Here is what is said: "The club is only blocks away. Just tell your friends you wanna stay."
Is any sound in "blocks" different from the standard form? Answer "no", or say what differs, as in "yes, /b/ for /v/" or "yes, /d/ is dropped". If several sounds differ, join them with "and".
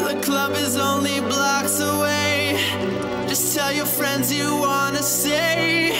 no